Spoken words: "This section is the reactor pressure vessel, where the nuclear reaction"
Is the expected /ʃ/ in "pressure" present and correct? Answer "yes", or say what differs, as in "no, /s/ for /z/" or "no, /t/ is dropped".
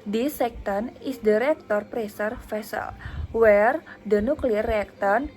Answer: no, /s/ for /ʃ/